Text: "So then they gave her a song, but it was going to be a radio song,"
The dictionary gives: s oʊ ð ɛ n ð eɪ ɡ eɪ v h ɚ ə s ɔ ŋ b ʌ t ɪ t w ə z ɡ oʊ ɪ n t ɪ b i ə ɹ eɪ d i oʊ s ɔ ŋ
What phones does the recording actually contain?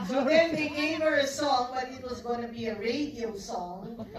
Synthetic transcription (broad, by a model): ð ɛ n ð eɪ ɡ eɪ v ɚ ə s ɔ ŋ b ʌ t ɪ t w ə z ɡ oʊ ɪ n t ɪ b i ə ɹ eɪ d i oʊ s ɔ ŋ